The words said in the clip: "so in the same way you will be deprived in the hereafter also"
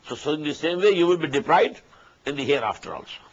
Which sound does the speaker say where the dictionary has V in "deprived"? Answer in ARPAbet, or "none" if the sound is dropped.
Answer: none